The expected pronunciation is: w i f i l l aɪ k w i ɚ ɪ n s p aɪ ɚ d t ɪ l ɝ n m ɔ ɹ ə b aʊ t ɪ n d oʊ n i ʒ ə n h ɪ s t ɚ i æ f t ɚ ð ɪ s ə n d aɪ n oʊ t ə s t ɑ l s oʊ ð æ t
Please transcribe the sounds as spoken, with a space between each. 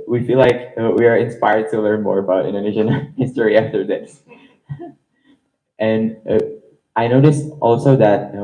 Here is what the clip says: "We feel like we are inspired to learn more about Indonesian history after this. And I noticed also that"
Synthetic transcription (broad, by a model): w i f i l l aɪ k w i ɚ ɪ n s p aɪ ɚ d t ɪ l ɝ n m ɔ ɹ ə b aʊ t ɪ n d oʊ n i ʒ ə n h ɪ s t ɚ i æ f t ɚ ð ɪ s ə n aɪ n oʊ t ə s t ɑ l s oʊ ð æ t